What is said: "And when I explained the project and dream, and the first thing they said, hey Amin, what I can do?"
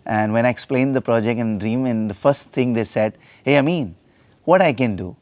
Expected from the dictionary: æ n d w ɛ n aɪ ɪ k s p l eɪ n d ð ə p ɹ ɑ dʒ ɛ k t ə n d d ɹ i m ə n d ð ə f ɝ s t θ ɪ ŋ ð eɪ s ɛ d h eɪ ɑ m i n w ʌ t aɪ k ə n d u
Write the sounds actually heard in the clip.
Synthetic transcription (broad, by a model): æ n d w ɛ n aɪ ɪ k s p l eɪ n d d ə p ɹ ɑ dʒ ɛ k t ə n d d ɹ i m ə n d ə f ɝ s t t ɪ ŋ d eɪ s ɛ d h eɪ ɑ m i n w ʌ t aɪ k ə n d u